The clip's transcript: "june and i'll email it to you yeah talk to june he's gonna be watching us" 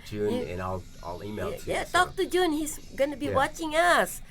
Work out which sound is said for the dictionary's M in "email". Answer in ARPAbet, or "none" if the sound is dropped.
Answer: none